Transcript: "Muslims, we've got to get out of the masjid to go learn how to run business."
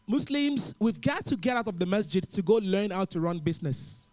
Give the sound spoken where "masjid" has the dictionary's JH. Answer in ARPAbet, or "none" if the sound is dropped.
JH